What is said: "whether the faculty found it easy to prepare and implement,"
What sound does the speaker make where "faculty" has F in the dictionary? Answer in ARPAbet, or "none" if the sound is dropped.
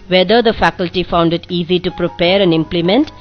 F